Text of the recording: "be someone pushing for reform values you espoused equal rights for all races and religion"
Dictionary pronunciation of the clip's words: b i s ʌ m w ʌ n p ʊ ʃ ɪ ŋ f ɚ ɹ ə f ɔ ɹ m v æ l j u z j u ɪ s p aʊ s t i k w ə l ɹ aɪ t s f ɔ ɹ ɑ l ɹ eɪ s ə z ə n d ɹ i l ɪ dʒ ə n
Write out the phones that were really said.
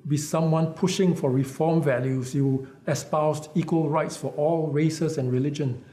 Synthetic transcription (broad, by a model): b i s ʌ m w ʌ n p ʊ ʃ ɪ ŋ f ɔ ɹ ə f ɔ m v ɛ l j u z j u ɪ s p aʊ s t i k w ə l ɹ aɪ t s f ɔ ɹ ɑ l ɹ eɪ s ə s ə n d ɹ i l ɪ dʒ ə n